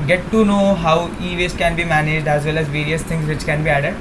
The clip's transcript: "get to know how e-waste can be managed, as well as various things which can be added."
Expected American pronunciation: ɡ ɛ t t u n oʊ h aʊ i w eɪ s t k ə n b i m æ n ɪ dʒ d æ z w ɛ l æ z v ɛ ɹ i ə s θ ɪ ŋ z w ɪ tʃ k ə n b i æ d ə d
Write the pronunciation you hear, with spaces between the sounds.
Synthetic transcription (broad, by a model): ɡ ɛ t t u n oʊ h aʊ i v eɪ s k ə n b i m æ n ɪ dʒ d æ z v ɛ l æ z v ɛ ɹ i ə s t ɪ ŋ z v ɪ tʃ k ə n b i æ d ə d